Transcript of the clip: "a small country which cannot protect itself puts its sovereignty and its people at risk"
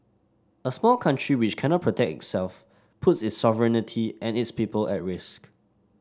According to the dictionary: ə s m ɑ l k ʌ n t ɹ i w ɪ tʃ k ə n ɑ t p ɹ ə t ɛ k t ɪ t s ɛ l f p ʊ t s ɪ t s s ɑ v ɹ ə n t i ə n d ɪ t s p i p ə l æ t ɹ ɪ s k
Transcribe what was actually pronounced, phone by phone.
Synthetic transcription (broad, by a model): ə s m ɑ l k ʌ n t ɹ i w ɪ tʃ k ə n ɑ t p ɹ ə t ɛ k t ɪ t s ɛ l f p ʊ t s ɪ t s s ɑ v ɹ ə n t i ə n ɪ t s p i p ə l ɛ t ɹ ɪ s k